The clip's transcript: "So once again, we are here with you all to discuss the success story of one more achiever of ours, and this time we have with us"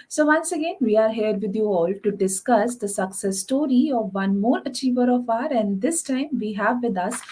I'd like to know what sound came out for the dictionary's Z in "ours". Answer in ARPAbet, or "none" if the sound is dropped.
none